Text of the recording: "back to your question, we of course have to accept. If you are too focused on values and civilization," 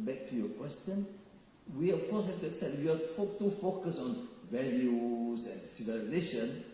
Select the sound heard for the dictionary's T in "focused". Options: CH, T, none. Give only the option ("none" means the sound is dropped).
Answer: none